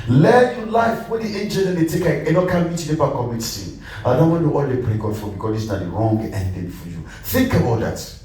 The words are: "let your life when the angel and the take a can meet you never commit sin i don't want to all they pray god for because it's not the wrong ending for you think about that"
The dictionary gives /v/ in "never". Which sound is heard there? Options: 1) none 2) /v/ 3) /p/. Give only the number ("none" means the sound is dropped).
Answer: 3